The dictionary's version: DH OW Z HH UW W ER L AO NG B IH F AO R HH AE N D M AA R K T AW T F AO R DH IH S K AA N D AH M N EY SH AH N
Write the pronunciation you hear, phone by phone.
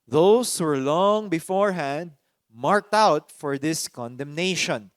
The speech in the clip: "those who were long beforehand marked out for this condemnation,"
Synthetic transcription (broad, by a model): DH OW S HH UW W ER L AO NG B IH F AO R HH AE N D M AA R K T AW T F AO R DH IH S K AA N D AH M N EY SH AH N